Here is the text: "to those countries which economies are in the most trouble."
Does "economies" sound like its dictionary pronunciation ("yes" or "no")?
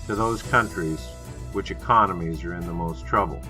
yes